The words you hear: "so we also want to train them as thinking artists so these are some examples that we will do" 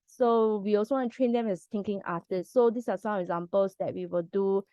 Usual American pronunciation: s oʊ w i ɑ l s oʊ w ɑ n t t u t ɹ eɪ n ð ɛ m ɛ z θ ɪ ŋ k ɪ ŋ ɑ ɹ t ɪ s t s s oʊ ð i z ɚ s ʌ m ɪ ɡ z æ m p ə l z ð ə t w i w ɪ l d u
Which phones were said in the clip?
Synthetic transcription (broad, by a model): s oʊ w i ɑ l s oʊ w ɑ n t t u t ɹ eɪ n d ɛ m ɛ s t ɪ ŋ k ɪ ŋ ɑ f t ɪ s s s oʊ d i s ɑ s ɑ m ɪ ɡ z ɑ m p ə l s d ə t w i w ɪ l d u